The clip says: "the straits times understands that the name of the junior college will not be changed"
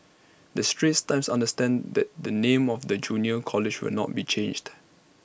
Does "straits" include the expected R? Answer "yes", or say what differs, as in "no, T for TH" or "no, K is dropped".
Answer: yes